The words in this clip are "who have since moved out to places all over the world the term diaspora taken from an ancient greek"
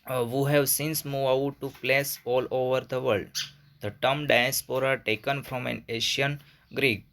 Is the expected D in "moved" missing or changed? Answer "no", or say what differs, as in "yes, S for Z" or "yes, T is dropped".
yes, D is dropped